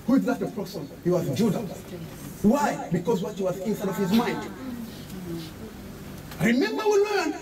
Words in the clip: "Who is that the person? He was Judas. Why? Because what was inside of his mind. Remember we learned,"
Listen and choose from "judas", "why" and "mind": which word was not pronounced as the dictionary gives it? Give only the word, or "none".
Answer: judas